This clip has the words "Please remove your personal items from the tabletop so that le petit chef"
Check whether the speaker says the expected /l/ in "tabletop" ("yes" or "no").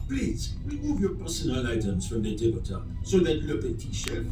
no